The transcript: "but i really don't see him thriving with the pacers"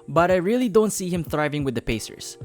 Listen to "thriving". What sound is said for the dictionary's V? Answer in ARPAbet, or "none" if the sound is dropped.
V